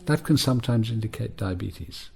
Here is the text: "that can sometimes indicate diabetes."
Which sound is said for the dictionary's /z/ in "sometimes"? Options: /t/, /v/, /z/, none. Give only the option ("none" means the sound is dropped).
/z/